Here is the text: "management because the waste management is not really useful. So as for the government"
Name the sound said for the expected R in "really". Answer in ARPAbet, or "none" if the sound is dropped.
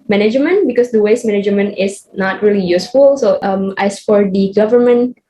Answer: R